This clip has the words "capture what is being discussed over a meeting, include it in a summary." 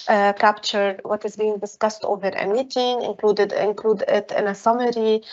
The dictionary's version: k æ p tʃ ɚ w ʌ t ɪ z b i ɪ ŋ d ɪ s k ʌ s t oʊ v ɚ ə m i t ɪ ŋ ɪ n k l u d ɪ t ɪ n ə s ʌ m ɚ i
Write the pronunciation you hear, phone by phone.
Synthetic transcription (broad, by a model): k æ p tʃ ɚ w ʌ t ɪ z b i ɪ ŋ d ɪ s k ʌ s t oʊ v ɚ ə m i t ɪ ŋ ɪ n k l u d ɪ t ɪ n ə s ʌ m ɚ i